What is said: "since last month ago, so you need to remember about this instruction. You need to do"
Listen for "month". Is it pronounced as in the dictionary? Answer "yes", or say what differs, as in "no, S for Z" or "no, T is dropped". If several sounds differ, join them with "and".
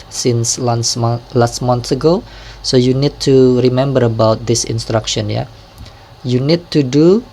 no, S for TH